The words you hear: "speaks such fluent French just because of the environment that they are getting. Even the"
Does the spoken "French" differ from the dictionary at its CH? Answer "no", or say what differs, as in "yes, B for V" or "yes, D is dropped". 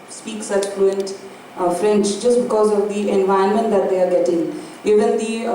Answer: yes, S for CH